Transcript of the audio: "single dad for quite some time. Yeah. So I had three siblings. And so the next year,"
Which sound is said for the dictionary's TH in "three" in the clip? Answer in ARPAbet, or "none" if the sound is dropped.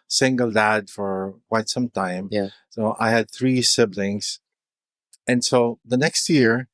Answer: TH